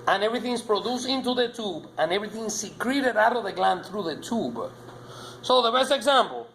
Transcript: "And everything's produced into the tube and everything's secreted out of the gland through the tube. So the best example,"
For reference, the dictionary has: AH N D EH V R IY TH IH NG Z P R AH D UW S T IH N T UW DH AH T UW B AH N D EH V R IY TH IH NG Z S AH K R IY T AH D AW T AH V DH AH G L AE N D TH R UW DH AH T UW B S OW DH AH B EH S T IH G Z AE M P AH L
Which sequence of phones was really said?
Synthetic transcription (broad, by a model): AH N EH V R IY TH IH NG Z P R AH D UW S IH N T UW DH AH T UW B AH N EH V R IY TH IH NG S AH K R IY T AH D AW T AH V DH AH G L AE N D TH R UW DH AH T UW B S OW DH AH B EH S T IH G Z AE M P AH L